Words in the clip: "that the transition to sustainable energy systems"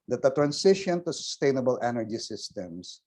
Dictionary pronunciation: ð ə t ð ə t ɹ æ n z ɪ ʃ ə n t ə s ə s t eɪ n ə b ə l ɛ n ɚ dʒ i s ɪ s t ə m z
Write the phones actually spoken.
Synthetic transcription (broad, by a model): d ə t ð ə t ɹ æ n s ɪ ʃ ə n t ə s ə s t eɪ n ə b ə l ɛ n ɚ dʒ i s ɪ s t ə m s